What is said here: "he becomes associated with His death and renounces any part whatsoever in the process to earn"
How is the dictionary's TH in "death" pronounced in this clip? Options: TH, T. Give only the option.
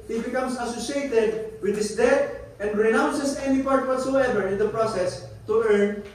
T